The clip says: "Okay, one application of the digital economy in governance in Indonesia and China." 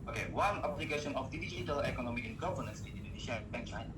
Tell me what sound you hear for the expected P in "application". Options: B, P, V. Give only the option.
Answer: B